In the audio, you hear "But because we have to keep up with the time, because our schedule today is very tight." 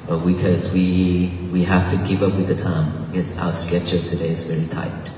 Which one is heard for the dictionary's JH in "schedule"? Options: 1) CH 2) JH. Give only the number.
1